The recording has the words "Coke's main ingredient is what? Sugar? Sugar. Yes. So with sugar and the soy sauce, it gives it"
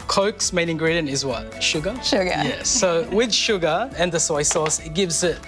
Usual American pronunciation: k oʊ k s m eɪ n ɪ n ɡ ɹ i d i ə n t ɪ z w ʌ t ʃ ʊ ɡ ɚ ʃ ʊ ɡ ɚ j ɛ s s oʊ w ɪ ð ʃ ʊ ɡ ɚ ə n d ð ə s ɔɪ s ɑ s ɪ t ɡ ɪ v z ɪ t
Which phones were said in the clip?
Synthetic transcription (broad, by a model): k oʊ k s m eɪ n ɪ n ɡ ɹ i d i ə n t ɪ z w ʌ t ʃ ʊ ɡ ɚ ʃ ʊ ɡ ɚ j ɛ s s oʊ w ɪ ð ʃ ʊ ɡ ɚ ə n ð ə s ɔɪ s ɑ s ɪ t ɡ ɪ v z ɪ t